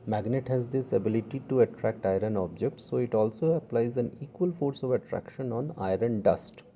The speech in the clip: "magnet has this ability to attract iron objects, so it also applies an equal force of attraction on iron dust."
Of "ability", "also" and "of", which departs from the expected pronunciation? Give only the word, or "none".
none